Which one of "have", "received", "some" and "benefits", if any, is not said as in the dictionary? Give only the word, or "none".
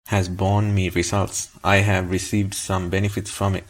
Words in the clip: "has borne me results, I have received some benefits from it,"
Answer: none